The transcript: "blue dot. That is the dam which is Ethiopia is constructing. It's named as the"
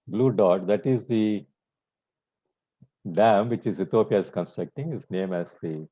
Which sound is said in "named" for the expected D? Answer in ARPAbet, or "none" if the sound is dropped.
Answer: none